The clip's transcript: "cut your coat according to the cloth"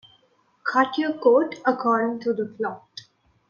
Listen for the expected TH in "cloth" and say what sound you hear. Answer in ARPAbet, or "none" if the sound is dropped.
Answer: T